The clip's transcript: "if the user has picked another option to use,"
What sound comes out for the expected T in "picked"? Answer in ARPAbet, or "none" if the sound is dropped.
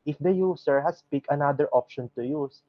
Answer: none